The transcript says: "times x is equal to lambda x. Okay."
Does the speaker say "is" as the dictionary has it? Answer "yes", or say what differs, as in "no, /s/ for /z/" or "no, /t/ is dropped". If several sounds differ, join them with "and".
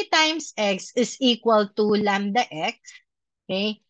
no, /s/ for /z/